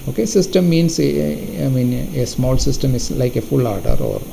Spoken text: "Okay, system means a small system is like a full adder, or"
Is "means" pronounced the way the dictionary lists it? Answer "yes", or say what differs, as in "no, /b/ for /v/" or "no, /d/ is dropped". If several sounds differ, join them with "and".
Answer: no, /z/ is dropped